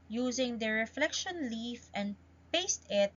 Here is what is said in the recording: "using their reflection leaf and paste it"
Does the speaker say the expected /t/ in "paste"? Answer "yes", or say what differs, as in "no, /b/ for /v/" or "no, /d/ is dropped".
yes